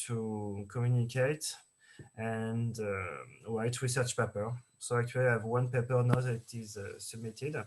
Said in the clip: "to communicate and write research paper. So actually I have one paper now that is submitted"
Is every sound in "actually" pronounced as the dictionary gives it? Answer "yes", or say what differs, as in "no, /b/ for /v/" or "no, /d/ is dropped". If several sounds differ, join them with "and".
no, /w/ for /l/